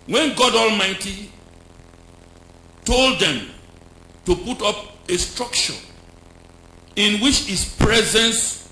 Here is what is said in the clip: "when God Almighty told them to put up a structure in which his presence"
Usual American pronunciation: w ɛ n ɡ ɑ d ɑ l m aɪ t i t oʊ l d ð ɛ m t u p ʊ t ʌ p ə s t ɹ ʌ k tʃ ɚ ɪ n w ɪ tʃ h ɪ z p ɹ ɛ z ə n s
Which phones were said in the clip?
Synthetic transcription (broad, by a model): w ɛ n ɡ ɑ d ɑ l m aɪ t i t oʊ l d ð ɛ m t u p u t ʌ p ə s t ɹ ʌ k tʃ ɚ ɪ n w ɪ tʃ h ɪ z p ɹ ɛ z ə n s